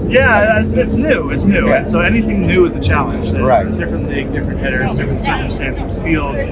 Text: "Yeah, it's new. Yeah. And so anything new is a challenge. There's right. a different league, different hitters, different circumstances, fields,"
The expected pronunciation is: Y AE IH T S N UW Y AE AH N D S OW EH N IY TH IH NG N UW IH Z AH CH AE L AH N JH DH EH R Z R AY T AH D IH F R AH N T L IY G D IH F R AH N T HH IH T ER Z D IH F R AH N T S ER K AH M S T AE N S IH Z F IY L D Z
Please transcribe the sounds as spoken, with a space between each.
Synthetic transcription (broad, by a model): Y AE IH T S N UW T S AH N S OW EH N IY TH IH NG N UW IH Z AH CH AE L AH N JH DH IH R R AY T D IH F R AH N T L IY D IH F R AH N T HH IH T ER Z D IH F R AH N T S ER K AH M S T AE N S IH Z F IY L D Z